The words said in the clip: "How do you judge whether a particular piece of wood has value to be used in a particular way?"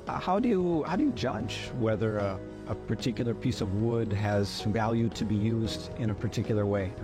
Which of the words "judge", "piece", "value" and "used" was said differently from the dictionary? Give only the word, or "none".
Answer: none